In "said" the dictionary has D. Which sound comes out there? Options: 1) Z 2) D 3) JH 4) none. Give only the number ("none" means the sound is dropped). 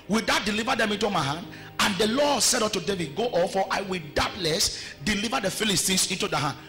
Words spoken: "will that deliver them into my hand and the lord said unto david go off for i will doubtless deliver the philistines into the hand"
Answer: 2